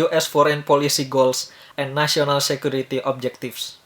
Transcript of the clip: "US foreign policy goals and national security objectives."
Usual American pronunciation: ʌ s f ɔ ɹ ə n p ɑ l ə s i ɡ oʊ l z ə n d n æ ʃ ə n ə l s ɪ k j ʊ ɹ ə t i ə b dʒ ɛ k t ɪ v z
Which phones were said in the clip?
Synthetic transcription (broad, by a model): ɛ s f ɔ ɹ ə n p ɑ l ə s i ɡ oʊ l s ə n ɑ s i ə n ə l s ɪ k j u ɹ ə t i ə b dʒ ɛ k t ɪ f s